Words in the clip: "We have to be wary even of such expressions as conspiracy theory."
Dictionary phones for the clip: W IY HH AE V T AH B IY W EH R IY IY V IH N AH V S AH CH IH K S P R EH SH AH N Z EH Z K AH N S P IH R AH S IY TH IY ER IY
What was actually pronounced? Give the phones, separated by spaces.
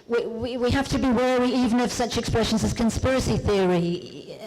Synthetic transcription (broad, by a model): W IY HH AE F T AH B IY W EH R IY IY V IH N AH V S AH CH IH K S P R EH SH AH N Z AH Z K AH N S P IH R AH S IY TH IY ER IY